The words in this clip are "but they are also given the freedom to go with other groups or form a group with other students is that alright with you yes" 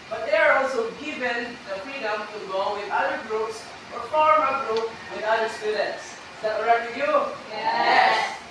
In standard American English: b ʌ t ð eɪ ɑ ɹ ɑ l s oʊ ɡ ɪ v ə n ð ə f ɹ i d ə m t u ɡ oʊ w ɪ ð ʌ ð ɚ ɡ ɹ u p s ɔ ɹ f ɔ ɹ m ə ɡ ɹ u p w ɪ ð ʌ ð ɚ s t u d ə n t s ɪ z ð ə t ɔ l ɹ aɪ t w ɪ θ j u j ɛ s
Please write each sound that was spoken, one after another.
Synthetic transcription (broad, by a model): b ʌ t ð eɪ ɑ ɹ ɑ l s oʊ ɡ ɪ v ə n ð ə f ɹ i d ə m t u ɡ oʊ w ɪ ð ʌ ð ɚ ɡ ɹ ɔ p s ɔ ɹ f ɔ ɹ m ə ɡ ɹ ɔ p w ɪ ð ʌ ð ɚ s t u d ə n t s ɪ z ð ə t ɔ ɹ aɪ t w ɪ j u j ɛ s